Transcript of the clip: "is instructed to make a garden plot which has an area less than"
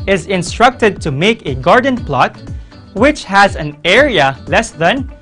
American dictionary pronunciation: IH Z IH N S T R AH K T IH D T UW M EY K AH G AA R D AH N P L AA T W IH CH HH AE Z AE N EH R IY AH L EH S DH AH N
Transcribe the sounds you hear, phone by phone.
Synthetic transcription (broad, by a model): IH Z IH N S T R AH K T IH D T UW M EY K AH G AA R D AH N P L AA T W IH CH HH AE Z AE N EH R IY AH L EH S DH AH N